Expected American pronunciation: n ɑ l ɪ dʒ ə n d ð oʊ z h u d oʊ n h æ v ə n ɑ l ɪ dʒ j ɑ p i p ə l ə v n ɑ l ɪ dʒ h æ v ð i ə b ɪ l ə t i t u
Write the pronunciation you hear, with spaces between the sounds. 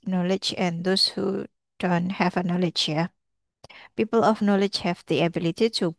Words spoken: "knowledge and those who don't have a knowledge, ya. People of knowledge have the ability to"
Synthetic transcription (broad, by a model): n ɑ l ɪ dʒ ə n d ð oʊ s h u d oʊ n h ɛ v ə n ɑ l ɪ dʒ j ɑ p i p ə l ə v n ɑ l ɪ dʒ h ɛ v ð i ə b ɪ l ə t i t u